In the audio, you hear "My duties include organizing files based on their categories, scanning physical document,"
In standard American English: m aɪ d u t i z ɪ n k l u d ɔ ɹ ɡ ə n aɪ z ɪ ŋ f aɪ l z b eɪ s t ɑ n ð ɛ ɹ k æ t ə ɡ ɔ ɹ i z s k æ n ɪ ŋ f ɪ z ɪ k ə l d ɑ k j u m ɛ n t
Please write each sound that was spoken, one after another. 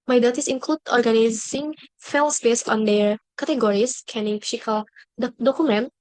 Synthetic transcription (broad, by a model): m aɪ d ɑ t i s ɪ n k l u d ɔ ɹ ɡ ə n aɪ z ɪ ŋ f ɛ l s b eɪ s ɑ n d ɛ ɹ k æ t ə ɡ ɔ ɹ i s k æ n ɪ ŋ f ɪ s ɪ k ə l d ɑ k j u m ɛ n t